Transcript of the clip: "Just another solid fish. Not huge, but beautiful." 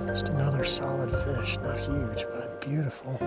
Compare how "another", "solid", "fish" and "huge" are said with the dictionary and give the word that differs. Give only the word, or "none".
huge